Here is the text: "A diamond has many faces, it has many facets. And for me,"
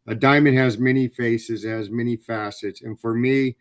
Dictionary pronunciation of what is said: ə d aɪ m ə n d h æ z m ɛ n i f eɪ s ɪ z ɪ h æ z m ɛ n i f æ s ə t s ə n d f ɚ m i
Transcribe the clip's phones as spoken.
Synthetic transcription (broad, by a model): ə d aɪ m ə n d h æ z m ɛ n i f eɪ s ɪ z ɪ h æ z m ɛ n i f æ s ə t s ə n f ɚ m i